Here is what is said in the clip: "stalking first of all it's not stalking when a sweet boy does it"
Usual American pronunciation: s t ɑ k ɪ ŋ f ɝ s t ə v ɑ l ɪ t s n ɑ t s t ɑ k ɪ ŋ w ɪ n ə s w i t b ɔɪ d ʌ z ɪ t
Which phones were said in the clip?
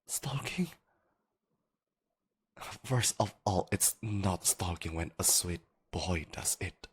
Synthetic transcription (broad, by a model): s t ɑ k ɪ ŋ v ɝ s ə v ɑ l ɪ t s n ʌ t s t ɑ k ɪ ŋ w ɪ n ə s w i t b ɔɪ d ʌ z ɪ t